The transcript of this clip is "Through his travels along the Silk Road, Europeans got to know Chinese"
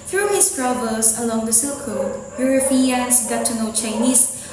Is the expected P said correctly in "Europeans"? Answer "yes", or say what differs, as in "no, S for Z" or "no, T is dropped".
no, F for P